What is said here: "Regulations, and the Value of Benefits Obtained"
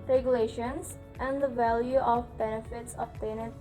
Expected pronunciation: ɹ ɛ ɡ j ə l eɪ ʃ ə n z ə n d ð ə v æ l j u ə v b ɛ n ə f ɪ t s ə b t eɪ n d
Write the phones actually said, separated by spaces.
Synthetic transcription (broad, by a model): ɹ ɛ ɡ j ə l eɪ ʃ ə n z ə n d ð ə v æ l j u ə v b ɛ n ə f ɪ t s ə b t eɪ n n